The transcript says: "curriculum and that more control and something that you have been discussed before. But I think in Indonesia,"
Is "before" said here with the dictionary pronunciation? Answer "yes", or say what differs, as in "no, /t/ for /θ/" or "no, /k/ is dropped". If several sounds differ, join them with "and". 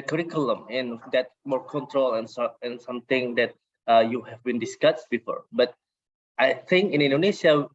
yes